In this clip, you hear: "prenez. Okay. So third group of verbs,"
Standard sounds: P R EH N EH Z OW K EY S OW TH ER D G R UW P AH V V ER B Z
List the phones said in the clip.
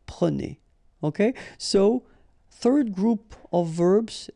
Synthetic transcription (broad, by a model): P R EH N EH OW K EY S OW TH ER D G R UW P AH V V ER B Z